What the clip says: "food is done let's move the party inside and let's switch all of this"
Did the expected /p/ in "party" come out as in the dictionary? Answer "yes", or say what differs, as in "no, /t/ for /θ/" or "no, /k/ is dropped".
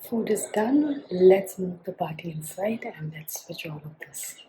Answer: no, /b/ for /p/